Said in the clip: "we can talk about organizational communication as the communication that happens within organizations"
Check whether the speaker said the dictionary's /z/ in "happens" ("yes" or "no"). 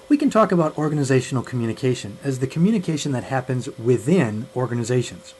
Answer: yes